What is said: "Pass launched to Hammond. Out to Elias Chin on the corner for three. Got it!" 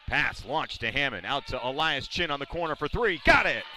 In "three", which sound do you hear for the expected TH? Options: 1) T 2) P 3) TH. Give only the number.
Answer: 3